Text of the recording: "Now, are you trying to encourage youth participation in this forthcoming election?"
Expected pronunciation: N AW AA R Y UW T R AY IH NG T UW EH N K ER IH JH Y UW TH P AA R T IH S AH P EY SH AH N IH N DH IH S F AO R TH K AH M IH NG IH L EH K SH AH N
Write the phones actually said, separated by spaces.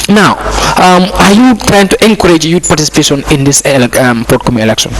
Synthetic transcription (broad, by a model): N AW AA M Y UW T R AY IH NG T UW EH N K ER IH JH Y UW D P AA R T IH S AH P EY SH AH N IH N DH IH S P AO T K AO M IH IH L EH K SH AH N